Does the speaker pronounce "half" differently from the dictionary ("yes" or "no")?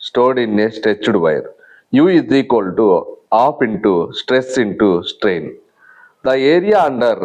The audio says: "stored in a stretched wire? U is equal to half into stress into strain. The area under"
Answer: yes